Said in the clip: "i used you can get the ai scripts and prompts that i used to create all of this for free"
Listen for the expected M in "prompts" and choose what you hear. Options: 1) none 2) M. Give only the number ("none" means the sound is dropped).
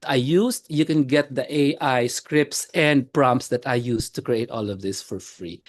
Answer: 2